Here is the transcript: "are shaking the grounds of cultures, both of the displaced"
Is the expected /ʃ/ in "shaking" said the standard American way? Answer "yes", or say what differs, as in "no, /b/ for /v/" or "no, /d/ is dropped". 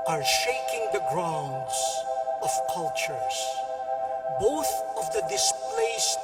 yes